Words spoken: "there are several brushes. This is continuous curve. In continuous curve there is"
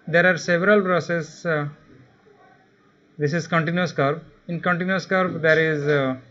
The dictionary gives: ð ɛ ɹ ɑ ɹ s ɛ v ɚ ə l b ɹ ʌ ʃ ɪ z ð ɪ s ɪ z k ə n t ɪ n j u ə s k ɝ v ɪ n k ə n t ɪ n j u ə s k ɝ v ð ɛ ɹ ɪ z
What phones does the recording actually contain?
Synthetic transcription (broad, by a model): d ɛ ɹ ɑ ɹ s ɛ v ɚ ə l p ɹ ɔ s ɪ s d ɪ s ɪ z k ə n t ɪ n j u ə s k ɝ b ɪ n k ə n t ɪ n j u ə s k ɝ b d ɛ ɹ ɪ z